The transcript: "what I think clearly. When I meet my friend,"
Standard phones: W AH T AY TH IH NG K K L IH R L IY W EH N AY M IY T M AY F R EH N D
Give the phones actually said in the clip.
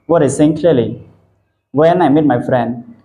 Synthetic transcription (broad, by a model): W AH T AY S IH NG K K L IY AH L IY W EH N AY M IY T M AY F R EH N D